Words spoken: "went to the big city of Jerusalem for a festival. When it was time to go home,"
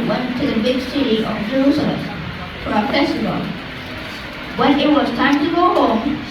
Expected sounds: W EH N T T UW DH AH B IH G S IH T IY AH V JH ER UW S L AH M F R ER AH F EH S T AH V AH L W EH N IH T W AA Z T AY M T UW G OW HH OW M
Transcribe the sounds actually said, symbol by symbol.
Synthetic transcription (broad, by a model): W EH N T T UW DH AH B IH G S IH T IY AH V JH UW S AH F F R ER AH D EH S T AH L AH N W EH N IH T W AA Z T AY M T UW G OW HH OW M